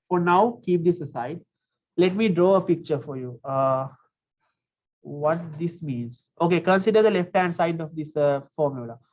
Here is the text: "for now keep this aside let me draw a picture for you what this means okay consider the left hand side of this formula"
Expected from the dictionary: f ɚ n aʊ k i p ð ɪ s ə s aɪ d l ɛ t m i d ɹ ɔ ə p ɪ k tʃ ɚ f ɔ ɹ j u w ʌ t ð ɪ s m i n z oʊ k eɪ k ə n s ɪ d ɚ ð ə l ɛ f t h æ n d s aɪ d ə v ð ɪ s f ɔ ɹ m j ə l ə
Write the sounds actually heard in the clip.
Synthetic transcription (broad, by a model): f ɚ n aʊ k i p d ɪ s ə s aɪ d l ɛ t m i d ɹ ɔ ə p ɪ k tʃ ɚ f ɔ ɹ j u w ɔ t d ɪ s m i n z oʊ k eɪ k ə n s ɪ d ɚ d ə l ɛ f t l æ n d s aɪ d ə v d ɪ s f ɔ ɹ m j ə l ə